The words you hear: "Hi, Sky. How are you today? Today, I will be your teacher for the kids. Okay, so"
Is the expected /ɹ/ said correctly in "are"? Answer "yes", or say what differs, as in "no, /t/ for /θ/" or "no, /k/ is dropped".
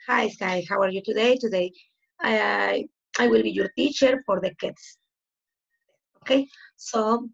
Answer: yes